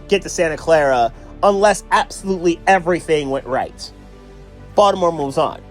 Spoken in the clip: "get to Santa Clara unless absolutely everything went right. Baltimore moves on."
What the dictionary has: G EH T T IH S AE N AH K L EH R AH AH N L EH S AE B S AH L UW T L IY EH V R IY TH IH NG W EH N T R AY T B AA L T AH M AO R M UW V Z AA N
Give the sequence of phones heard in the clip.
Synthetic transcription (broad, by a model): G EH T T IH S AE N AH K L EH R AH AH N L EH S AE B S AH L UW T L IY EH V R IY TH IH NG W EH N T R AY T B AA T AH M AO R M UW V Z N